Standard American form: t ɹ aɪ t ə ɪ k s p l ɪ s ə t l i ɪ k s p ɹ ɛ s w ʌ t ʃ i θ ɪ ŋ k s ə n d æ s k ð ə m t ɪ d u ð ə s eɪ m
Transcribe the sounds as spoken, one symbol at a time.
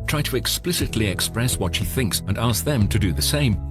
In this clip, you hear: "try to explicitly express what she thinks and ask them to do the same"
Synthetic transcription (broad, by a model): t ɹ aɪ t ə ɪ k s p l ɪ s ə t l i ɪ k s p ɹ ɛ s w ʌ t ʃ i θ ɪ ŋ k s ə n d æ s k ð ə m t ɪ d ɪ ð ə s eɪ m